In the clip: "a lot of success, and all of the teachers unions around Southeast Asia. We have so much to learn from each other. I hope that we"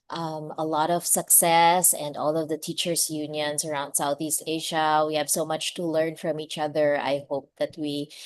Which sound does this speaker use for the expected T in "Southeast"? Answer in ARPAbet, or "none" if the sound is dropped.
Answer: T